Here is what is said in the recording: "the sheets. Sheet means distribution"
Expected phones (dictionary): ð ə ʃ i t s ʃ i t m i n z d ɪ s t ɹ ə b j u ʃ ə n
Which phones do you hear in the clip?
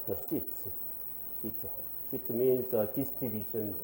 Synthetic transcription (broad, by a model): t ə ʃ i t ʃ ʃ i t m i n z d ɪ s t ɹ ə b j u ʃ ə n